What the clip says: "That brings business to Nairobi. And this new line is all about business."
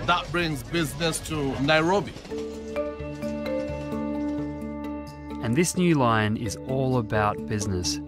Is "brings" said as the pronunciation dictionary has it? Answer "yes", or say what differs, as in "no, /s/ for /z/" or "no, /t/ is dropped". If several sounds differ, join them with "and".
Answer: yes